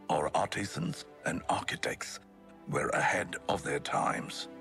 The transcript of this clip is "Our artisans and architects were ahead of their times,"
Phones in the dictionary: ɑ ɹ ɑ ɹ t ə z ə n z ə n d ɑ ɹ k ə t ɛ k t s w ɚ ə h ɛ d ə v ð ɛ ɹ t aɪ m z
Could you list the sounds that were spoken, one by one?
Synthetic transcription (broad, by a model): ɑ ɹ ɑ ɹ t ə z ə n z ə n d ɑ ɹ k ə t ɛ k t s w ɚ ə h ɛ d ə v ð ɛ ɹ t aɪ m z